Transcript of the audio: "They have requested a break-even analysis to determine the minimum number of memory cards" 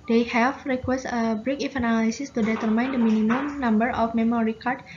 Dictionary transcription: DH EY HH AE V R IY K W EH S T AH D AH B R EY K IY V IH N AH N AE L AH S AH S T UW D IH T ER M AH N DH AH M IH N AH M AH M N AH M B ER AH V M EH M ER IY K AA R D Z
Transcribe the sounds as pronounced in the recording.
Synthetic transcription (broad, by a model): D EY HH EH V R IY K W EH S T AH AH B R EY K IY F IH N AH N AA L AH S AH S T UW D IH T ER M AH N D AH M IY N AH M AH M N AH M B ER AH F M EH M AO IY K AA R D